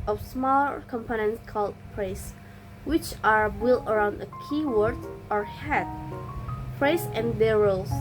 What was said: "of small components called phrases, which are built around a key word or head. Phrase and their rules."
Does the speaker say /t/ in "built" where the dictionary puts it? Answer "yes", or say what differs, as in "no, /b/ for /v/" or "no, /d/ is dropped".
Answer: no, /t/ is dropped